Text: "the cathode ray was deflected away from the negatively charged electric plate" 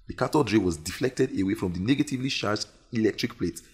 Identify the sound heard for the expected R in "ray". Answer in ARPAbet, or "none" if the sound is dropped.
R